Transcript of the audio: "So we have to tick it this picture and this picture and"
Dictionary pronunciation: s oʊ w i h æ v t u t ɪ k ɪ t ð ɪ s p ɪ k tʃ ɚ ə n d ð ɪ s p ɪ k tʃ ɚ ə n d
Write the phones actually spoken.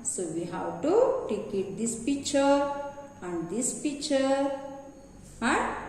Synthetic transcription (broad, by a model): s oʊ w i h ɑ w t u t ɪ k ɪ t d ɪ s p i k tʃ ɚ ə n d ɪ s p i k tʃ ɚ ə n